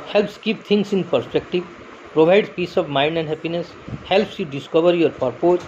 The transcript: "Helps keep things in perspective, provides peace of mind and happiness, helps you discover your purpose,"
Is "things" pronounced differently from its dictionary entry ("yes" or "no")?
yes